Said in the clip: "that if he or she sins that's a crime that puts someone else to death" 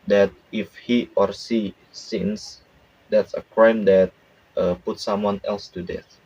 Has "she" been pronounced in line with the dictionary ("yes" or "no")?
no